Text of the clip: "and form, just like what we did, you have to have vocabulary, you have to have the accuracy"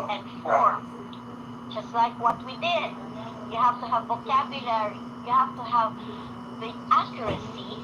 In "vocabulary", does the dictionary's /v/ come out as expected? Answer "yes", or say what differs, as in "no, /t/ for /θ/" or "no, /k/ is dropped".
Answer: yes